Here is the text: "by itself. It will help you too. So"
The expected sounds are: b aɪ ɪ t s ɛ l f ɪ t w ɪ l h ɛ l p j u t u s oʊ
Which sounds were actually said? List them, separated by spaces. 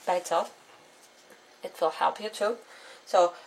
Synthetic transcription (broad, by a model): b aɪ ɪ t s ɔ f ɪ t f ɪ l h ɛ l p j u t u s oʊ